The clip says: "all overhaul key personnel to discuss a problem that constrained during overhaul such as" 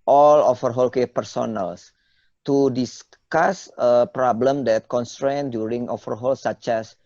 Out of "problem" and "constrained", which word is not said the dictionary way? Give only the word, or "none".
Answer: none